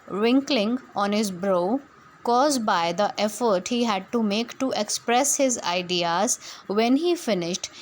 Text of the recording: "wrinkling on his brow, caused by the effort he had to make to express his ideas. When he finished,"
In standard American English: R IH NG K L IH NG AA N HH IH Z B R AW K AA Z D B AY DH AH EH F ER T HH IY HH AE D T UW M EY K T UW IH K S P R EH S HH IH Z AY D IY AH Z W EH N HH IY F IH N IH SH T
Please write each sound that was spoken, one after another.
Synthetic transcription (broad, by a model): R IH NG K L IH NG AA N HH IH Z B R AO K AA Z D B AY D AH EH F ER T HH IY HH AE D T UW M EY K T UW IH K S P R EH S HH IH Z AY D IY AH Z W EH N HH IY F IH N IH SH T